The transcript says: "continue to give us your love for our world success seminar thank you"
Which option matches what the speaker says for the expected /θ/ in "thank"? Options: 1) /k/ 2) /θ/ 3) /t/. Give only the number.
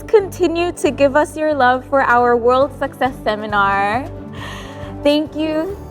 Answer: 2